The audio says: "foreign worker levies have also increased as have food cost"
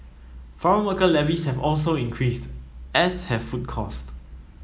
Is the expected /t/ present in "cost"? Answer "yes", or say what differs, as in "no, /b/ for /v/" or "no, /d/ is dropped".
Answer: yes